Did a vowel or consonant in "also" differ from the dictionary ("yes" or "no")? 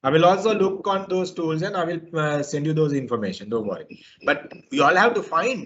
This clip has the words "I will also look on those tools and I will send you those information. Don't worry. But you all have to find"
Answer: no